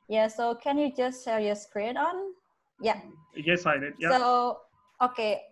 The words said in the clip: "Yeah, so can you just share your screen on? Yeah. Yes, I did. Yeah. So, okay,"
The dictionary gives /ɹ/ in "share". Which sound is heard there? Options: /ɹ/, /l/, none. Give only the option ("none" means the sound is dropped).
/l/